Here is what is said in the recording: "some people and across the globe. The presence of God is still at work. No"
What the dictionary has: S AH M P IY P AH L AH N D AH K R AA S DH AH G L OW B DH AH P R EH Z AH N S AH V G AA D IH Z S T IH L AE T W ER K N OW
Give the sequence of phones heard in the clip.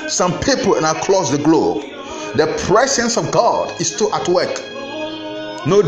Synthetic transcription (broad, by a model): S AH M P IY P AH L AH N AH K L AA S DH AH G L OW B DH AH P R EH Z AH N S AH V G AA D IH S T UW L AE T W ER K N OW